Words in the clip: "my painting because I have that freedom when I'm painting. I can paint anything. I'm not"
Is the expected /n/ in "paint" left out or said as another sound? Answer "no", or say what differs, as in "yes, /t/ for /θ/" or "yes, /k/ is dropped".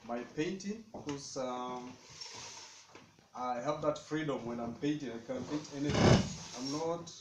yes, /n/ is dropped